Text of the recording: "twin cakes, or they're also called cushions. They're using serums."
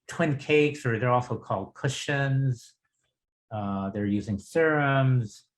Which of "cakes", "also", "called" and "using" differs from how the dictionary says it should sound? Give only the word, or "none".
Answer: none